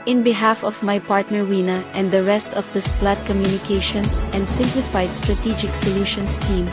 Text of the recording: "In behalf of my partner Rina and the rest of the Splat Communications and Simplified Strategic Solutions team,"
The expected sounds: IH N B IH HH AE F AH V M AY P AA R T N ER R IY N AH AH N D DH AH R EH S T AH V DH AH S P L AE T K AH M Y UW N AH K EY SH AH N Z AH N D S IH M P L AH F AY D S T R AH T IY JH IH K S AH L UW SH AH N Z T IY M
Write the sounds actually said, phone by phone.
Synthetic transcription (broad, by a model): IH N B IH HH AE F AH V M AY P AA R T N ER W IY N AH AH N D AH R EH S T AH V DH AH S P L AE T K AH M Y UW N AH K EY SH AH N S AH N D S IH M P L AH F AY D S T R AH T IY JH IH K S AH L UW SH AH N S T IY M